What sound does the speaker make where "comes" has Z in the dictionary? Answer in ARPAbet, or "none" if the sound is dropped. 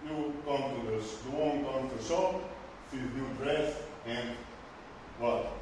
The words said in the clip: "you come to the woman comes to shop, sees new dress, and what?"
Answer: none